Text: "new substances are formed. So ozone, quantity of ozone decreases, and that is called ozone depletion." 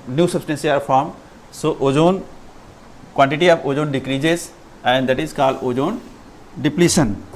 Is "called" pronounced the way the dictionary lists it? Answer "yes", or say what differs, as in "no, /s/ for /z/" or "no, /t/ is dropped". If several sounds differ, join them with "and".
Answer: no, /d/ is dropped